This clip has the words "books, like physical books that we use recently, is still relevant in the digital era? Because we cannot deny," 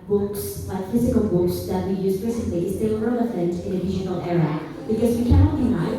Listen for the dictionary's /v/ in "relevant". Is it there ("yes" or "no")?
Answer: no